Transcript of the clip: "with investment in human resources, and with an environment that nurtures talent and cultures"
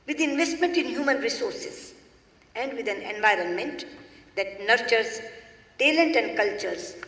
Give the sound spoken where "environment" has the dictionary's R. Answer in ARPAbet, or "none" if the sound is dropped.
R